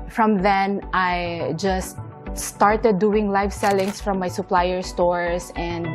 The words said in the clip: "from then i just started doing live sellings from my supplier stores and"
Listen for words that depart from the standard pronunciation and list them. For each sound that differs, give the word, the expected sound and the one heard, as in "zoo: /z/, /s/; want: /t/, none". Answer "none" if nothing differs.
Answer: sellings: /z/, /s/; stores: /z/, /s/